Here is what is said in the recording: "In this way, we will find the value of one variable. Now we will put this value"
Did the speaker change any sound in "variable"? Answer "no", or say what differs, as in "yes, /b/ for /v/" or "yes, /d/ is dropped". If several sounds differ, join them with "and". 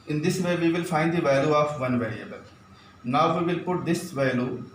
no